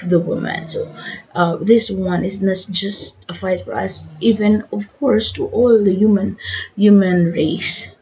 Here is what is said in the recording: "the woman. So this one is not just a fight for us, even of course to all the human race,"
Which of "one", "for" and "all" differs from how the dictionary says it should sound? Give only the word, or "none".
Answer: none